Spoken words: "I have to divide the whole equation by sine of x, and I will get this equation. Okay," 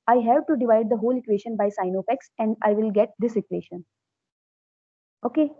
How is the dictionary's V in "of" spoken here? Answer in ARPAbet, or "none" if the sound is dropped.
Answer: P